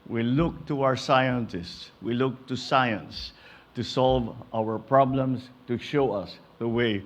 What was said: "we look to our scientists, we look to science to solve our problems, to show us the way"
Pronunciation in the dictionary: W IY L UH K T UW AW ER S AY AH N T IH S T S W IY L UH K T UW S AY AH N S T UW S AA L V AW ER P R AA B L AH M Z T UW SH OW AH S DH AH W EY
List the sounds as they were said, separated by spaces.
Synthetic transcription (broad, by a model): W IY L UH K T UW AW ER S AY AH N T IH S T S W IY L UH K T UW S AY AH N S T UW S AA L V AW ER P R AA B L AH M S T UW SH OW AH S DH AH W EY